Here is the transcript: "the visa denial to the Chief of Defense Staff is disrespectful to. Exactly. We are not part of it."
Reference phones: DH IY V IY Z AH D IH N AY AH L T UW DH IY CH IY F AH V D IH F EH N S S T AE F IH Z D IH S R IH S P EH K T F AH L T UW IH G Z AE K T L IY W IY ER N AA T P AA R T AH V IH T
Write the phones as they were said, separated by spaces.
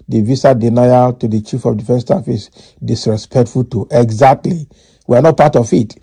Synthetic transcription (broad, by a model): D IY V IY S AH D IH N AY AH T UW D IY CH IY F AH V D IH F EH N S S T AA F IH S D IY S R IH S P EH K T F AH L T UW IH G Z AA K T L IY W IY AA N AA T P AA T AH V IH T